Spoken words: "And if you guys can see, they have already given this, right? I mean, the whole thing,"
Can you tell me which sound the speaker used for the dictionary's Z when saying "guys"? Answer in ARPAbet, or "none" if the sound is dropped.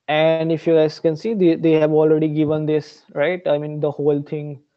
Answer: S